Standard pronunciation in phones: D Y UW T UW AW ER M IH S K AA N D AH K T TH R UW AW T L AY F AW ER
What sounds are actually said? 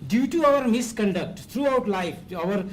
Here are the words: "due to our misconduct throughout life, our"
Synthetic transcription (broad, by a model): D Y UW T UW AW ER M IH S K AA N D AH K T T R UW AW T L AY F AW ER